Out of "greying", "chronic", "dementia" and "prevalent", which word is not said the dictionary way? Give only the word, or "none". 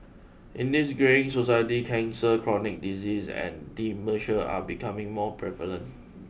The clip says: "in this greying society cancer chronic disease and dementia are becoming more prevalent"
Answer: dementia